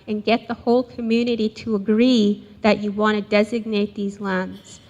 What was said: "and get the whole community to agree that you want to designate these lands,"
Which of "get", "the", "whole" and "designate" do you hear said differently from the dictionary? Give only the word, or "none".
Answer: none